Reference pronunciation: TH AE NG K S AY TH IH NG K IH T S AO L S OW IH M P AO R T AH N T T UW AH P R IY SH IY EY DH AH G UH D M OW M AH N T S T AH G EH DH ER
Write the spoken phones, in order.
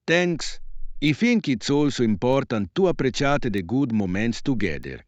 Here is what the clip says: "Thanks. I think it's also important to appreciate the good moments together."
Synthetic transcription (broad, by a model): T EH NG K S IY F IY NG K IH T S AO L S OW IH M P AO R T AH N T T UW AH P R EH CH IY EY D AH G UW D M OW M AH N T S T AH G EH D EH